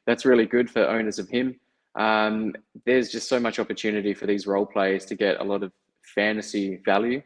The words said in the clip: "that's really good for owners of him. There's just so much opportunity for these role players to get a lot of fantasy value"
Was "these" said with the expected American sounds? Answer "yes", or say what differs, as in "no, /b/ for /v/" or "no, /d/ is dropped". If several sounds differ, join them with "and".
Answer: yes